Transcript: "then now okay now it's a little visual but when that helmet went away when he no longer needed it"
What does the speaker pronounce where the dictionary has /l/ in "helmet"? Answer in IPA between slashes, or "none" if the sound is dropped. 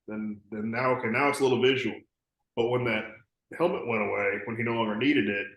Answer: /l/